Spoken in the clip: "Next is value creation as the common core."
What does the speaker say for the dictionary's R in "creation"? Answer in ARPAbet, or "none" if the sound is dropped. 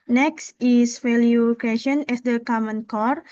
none